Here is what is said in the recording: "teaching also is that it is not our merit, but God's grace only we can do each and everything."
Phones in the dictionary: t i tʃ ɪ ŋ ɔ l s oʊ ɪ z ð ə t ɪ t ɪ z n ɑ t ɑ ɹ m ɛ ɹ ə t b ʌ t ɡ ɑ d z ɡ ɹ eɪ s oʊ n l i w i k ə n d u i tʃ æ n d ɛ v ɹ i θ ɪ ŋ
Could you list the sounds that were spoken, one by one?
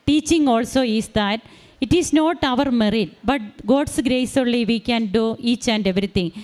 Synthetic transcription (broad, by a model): t i tʃ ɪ ŋ ɔ l s oʊ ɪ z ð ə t ɪ t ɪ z n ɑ t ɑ ɹ m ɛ ɹ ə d b ʌ t ɡ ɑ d s ɡ ɹ eɪ s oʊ l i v i k ə n d u i tʃ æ n d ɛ v ɹ i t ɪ ŋ